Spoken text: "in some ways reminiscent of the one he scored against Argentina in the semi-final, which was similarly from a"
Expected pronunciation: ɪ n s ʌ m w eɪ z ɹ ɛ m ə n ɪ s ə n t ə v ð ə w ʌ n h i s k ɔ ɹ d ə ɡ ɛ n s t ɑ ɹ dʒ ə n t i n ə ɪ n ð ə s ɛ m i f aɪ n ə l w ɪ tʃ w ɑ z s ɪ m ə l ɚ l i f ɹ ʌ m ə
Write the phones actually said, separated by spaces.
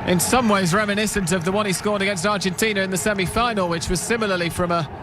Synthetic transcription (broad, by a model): ɪ n s ʌ m w eɪ z ɹ ɛ m ə n ɪ s ə n t ə v ð ə w ʌ n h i s k ɔ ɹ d ə ɡ ɛ n s t ɑ ɹ dʒ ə n t i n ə ɪ n ð ə s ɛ m i f aɪ n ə l w ɪ tʃ w ɑ z s ɪ m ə l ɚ l i f ɹ ʌ m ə